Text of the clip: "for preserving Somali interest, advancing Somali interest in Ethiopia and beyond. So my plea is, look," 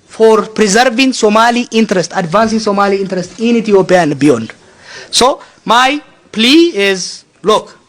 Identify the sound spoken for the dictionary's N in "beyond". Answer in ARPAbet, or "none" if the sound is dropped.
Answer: N